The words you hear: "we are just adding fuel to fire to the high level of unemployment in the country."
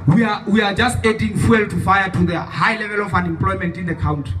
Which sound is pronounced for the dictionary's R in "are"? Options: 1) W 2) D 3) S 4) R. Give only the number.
1